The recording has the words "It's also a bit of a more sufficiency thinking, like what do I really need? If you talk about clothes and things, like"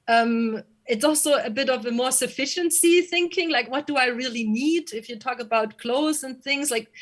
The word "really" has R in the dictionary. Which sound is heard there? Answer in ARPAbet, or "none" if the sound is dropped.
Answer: R